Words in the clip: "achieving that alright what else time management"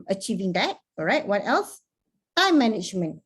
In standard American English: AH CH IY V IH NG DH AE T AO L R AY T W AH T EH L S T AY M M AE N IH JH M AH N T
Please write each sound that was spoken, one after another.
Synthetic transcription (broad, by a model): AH CH IY V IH NG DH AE T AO R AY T W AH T EH L S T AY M M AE N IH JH M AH N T